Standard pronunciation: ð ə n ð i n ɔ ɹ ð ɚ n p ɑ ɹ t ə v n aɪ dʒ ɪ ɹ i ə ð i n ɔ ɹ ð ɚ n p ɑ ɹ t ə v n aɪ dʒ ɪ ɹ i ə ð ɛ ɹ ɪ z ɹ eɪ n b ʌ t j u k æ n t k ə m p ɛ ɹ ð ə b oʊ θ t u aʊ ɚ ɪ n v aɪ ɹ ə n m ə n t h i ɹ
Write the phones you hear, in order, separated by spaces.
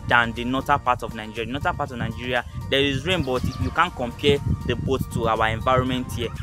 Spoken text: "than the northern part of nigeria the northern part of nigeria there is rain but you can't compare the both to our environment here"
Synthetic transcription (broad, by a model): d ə n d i n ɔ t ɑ p ɑ t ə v n aɪ dʒ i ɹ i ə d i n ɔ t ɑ p ɑ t ə v n aɪ dʒ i ɹ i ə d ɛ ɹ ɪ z ɹ eɪ n b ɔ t j u k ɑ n k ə m p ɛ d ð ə b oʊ t t u aʊ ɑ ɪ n v aɪ ɹ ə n m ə n t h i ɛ